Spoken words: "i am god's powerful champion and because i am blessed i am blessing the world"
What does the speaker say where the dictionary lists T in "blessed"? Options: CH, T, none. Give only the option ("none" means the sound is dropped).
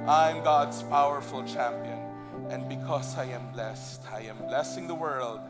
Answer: T